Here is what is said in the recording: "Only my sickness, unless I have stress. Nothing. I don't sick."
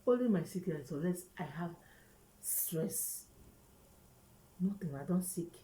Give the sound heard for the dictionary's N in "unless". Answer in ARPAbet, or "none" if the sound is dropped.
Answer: none